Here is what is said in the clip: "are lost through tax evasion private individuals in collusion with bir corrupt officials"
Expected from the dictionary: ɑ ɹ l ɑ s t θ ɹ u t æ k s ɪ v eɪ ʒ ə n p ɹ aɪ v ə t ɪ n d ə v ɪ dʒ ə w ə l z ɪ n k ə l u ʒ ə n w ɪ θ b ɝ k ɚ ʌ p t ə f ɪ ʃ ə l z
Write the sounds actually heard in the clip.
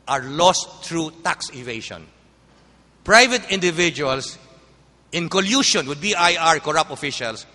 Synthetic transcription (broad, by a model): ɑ ɹ l ɑ s t ɹ u t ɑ k s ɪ v eɪ ʃ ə n p ɹ aɪ v ə t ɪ n d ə v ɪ dʒ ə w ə l s ɪ n k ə l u ʃ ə n w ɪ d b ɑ k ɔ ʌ p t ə f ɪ ʃ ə l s